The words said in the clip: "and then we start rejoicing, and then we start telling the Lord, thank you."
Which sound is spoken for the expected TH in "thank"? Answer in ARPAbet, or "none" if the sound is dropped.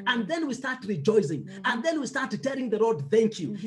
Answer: TH